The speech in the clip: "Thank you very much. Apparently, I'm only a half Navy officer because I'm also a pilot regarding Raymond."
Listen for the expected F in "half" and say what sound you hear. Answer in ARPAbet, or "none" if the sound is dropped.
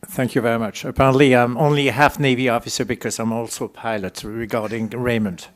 F